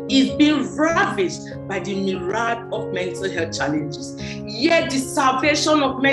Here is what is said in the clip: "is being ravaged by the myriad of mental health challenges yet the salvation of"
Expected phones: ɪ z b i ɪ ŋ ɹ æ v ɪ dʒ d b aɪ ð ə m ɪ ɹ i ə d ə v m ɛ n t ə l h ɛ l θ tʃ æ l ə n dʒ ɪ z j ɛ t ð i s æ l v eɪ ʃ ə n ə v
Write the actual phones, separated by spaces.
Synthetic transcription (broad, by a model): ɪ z b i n ɹ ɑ v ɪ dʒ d b aɪ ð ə m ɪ ɹ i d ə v m ɛ n t ə l h ɛ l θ tʃ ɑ l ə n dʒ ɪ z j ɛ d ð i s æ l v eɪ ʃ ə n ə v